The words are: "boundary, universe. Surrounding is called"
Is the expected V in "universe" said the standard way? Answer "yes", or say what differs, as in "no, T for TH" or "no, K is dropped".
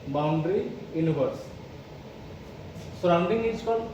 no, B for V